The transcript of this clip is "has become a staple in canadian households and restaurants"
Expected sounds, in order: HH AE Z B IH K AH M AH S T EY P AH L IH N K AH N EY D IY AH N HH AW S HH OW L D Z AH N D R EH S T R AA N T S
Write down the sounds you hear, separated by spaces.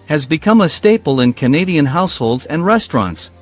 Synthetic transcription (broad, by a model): HH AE Z B IH K AH M AH S T EY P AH L IH N K AH N EY D IY AH N HH AW S HH OW L D Z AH N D R EH S T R AA N T S